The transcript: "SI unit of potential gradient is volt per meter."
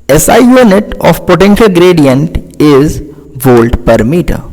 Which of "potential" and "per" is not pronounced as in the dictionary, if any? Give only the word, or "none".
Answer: none